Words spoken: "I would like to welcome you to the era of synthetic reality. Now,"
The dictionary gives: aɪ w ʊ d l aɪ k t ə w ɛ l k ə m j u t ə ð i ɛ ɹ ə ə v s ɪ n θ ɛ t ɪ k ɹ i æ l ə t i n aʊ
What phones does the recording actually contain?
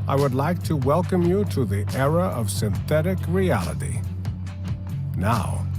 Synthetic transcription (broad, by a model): aɪ w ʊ d l aɪ k t ə w ɛ l k ə m j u t ə ð i ɛ ɹ ə ə v s ɪ n θ ɛ t ɪ k ɹ i æ l ə t i n aʊ